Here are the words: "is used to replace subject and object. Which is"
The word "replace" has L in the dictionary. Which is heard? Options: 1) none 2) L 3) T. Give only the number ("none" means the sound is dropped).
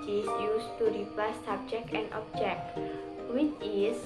1